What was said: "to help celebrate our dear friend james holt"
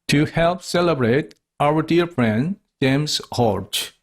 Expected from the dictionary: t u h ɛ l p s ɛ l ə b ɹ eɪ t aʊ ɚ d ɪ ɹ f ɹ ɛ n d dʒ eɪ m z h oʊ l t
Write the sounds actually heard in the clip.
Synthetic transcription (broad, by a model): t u h ɛ l p s ɛ l ə b ɹ eɪ t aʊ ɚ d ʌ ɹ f ɹ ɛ n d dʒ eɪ m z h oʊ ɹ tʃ